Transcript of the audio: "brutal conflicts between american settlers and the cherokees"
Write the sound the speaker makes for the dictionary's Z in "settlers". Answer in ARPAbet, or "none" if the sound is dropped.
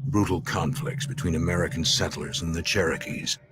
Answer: Z